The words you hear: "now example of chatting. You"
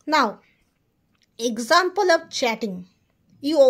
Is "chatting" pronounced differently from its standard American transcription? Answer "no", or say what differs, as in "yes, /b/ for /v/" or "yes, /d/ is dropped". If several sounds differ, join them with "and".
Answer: no